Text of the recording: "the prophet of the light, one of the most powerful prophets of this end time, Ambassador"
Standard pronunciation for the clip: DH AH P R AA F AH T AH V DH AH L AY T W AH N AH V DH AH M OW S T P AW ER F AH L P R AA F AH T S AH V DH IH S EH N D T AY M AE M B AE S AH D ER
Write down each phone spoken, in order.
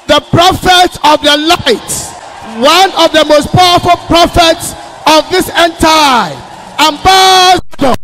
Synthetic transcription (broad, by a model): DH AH P R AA F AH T AH V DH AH L AY T W AH N AH V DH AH M OW S T P AW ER F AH L P R AA F AH T S AH V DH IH S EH N T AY AE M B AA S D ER